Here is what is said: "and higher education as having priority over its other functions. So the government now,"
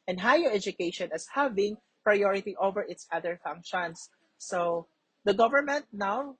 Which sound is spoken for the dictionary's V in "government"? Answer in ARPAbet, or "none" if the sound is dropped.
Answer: V